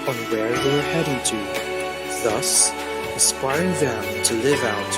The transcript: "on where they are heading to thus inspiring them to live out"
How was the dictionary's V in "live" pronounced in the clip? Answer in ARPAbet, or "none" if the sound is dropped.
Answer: V